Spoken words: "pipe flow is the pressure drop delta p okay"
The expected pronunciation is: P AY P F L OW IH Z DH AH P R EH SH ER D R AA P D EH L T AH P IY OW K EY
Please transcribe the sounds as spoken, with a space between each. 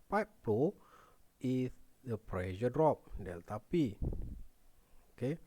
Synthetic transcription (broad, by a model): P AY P P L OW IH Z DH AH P R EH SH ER D R AA P D EH L T AH P IY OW K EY